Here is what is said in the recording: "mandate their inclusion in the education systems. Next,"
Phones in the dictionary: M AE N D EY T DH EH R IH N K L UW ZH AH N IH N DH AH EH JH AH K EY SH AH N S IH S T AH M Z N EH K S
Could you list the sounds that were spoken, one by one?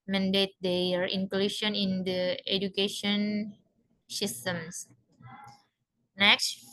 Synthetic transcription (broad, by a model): M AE N D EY T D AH R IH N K L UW SH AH N IH N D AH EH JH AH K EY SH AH N S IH S T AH M S N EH K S